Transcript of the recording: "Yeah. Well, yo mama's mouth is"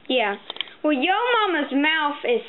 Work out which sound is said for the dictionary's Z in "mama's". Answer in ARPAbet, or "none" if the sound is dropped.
Z